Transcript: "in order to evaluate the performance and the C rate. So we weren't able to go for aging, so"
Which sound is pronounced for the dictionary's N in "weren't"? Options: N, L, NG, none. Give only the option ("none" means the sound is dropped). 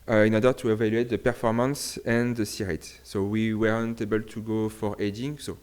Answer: N